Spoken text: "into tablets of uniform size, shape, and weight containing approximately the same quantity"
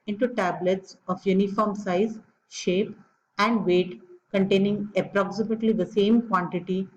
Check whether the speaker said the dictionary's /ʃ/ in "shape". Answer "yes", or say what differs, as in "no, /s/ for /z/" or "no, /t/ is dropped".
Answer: yes